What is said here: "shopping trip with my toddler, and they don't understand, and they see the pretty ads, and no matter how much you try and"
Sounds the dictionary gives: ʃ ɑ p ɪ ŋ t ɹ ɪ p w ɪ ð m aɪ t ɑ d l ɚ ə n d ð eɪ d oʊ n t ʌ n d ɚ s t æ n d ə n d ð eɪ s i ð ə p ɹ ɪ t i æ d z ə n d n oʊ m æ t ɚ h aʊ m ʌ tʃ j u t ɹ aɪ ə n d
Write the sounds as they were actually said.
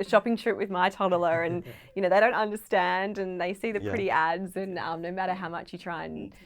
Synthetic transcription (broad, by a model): ʃ ɑ p ɪ ŋ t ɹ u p w ɪ ð m aɪ t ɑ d l ɚ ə n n ð eɪ d oʊ n t ʌ n d ɚ s t æ n d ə n ð eɪ s i ð ə p ɹ ɪ t i æ d z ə n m n oʊ m æ t ɚ h aʊ m ʌ tʃ j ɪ t ɹ aɪ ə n